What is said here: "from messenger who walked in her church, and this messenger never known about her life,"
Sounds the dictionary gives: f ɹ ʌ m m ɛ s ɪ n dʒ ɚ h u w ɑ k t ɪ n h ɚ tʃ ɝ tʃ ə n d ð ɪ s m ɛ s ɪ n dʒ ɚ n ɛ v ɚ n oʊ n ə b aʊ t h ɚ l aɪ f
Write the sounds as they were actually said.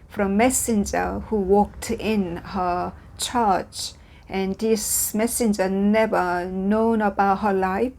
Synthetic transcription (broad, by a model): f ɹ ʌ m m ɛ s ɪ n dʒ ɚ h u w ɑ k t ɪ n h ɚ tʃ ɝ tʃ ə n d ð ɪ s m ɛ s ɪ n dʒ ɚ n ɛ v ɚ n oʊ n ə b aʊ t h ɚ l aɪ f